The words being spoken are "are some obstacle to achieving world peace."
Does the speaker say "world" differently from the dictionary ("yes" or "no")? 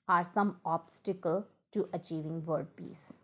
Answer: yes